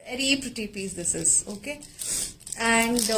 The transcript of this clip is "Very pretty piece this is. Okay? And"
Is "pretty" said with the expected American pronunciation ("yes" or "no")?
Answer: yes